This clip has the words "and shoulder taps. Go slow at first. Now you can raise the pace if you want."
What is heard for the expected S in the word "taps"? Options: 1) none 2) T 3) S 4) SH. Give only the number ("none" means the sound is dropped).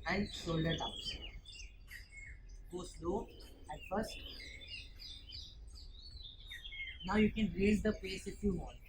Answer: 1